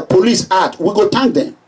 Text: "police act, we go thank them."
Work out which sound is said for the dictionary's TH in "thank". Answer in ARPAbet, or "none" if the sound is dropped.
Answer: T